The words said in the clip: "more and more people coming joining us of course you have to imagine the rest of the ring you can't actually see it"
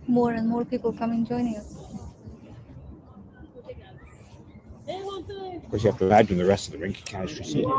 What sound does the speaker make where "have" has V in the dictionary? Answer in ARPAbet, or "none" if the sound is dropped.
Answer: F